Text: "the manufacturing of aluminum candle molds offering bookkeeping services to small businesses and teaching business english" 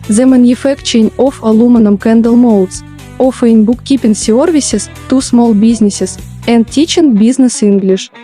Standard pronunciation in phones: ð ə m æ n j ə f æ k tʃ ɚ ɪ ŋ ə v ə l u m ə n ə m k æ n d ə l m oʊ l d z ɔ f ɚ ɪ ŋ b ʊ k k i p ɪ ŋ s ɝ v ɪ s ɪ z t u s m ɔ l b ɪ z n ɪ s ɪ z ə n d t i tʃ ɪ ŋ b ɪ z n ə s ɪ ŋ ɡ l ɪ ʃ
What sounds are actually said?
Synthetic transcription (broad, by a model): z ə m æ n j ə f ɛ k tʃ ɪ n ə f ə l u m ə n ə m k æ n d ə l m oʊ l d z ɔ f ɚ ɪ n b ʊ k k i p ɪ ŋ s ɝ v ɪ s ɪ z t u s m ɔ l b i z n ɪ s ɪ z ə n d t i tʃ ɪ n b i z n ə s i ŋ ɡ l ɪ ʃ